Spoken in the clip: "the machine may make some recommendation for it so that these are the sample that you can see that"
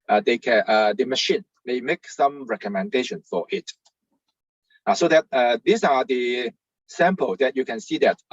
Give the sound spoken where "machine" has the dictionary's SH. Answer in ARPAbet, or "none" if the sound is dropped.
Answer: SH